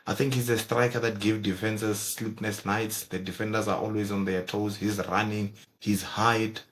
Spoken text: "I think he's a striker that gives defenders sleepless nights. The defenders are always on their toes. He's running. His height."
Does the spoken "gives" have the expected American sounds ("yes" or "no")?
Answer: no